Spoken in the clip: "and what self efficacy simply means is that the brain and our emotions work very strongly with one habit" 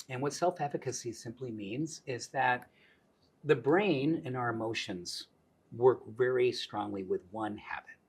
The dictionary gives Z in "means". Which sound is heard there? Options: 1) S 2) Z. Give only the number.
2